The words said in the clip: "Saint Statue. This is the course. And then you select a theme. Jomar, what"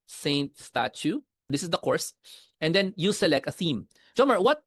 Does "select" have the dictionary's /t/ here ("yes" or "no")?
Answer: yes